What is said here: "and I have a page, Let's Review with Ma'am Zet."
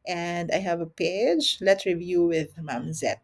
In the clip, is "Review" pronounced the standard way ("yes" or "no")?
yes